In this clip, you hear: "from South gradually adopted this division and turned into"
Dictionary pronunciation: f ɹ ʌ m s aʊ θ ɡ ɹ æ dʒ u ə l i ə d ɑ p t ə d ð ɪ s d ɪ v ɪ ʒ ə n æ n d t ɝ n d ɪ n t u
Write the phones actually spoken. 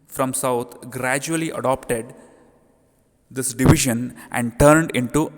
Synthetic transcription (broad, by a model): f ɹ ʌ m s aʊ t ɡ ɹ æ dʒ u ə l i ə d ɑ p t ə d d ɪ s d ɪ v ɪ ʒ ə n æ n d t ɝ n d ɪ n t u